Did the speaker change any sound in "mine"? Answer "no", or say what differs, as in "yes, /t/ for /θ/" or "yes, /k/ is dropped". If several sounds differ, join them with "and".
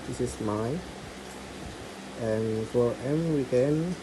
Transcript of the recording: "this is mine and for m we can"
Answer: yes, /n/ is dropped